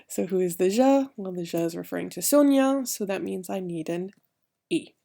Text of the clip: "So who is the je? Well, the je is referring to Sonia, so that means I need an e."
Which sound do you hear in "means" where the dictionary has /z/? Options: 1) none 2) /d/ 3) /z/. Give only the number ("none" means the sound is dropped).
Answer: 3